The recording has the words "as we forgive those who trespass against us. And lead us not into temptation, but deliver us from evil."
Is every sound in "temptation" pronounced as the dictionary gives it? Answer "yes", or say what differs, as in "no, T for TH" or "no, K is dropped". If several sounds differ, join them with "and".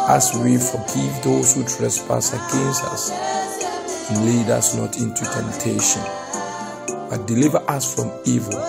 yes